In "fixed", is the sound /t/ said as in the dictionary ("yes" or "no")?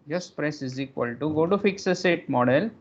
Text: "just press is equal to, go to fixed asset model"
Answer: no